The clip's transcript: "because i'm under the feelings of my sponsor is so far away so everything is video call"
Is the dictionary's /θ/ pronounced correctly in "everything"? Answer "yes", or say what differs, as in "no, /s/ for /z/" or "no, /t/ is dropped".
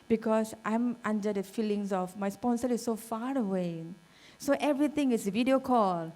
no, /t/ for /θ/